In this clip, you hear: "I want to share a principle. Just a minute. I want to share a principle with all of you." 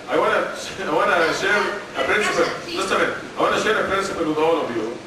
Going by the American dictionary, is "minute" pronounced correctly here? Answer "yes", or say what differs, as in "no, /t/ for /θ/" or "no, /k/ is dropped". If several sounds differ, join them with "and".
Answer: no, /t/ is dropped